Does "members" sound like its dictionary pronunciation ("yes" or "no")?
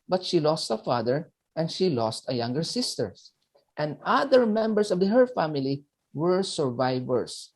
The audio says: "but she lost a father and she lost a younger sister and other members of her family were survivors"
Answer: no